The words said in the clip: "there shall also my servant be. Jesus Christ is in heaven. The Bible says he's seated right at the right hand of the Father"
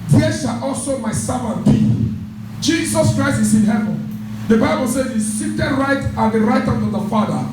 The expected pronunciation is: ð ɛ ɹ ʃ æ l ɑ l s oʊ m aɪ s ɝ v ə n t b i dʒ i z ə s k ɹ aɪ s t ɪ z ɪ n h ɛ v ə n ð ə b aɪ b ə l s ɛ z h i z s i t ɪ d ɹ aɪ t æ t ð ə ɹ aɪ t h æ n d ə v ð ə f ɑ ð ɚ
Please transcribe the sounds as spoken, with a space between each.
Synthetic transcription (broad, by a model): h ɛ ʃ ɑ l ɑ l s oʊ m aɪ s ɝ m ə b i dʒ i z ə s k ɹ aɪ s t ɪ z ɪ n h ɛ v ə n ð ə b aɪ b ə l s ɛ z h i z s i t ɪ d ɹ aɪ t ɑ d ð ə ɹ aɪ t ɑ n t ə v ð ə f ɑ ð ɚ